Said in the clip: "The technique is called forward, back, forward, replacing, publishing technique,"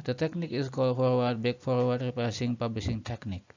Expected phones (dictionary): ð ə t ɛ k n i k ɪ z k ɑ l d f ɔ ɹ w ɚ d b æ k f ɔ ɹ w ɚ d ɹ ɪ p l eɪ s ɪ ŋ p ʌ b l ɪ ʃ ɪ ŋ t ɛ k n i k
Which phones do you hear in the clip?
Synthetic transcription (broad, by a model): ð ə t ɛ k n i k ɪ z k ɑ l d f ɔ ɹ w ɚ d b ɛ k f ɔ ɹ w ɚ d ɹ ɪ p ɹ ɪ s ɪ ŋ p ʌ b l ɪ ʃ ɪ ŋ t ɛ k n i k